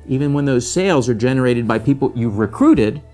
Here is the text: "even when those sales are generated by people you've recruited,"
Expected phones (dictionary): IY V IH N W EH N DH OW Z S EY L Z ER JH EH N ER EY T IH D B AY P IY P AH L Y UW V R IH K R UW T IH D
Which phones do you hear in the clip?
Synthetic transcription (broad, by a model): IY V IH N W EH N DH OW Z S EY L Z ER JH EH N ER EY T IH D B AY P IY P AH L Y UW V R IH K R UW T IH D